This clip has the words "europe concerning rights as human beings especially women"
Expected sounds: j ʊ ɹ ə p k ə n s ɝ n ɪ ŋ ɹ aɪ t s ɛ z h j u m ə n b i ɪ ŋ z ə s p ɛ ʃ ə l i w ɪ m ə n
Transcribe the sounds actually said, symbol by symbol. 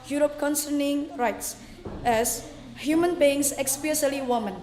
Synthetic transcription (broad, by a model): j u ɹ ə p k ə n s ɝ n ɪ ŋ ɹ aɪ t s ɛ s h j u m ə n b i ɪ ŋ s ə s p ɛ s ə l i w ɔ m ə n